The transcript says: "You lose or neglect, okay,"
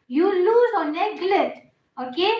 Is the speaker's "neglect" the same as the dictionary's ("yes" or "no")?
no